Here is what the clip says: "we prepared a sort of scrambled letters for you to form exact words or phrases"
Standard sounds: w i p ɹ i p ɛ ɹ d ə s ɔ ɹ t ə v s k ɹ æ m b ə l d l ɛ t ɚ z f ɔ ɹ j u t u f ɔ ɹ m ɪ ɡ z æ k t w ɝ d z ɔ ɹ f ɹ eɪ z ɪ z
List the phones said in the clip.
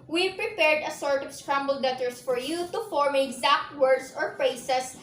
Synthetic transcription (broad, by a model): w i p ɹ i p ɛ ɹ d ə s ɔ ɹ t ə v s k ɹ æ m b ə l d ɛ t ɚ s f ɔ ɹ j u t u f ɔ ɹ m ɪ ɡ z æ k t w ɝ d s ɔ ɹ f ɹ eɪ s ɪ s